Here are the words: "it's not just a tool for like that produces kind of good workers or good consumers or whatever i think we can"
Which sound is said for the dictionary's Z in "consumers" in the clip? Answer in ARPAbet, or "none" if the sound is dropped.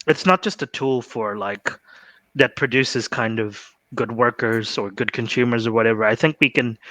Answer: Z